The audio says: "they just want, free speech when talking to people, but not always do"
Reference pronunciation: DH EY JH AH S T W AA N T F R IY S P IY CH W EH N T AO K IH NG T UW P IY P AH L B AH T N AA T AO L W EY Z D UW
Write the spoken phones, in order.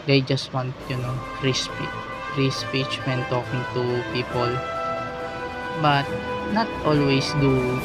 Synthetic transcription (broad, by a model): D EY JH AH S T W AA N T P R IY S P IY CH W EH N T AO K IH NG T UW P IY P AH L B AH T N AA T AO L W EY S D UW